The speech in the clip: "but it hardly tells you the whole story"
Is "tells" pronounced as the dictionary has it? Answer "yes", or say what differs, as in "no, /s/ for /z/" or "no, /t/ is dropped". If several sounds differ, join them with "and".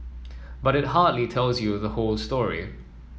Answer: yes